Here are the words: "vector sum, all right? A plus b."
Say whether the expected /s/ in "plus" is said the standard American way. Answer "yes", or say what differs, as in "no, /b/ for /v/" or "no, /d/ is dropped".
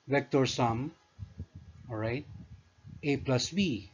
yes